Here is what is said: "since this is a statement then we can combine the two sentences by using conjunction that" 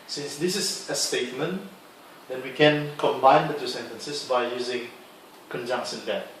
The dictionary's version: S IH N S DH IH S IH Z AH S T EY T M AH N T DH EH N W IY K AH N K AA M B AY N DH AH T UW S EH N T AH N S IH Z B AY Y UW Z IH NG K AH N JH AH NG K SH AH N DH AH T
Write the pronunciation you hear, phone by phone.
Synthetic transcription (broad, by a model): S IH N S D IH S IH S AH S T EY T M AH N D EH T W IY K AH N K AA M B AY N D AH T UW S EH N T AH N S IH S B AY Y UW Z IH NG K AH N JH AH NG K S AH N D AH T